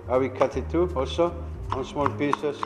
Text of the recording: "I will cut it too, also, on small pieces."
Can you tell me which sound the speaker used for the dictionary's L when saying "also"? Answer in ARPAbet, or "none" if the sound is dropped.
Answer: none